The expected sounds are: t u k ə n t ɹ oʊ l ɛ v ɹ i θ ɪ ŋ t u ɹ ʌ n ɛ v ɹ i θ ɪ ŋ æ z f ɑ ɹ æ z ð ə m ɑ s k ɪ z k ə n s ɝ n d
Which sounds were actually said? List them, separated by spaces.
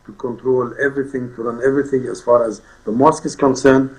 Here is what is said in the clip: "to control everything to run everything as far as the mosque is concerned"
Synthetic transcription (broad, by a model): t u k ə n t ɹ oʊ l ɛ v ɹ i θ ɪ ŋ t u ɹ ʌ n ɛ v ɹ i θ ɪ ŋ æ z f ɑ ɹ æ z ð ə m ɑ s k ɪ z k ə n s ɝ n d